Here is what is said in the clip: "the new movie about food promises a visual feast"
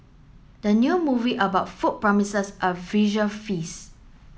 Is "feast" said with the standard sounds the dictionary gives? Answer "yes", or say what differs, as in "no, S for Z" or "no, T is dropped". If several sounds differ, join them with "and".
no, T is dropped